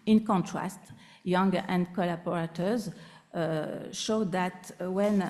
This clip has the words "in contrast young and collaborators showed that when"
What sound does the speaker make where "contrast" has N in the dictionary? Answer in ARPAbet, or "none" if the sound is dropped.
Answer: N